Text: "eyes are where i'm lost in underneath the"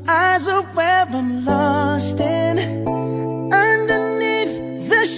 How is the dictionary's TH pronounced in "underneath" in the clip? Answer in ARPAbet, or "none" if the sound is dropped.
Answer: TH